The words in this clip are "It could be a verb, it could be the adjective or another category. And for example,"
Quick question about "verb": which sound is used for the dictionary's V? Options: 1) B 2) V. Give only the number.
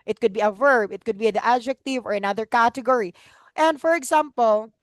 2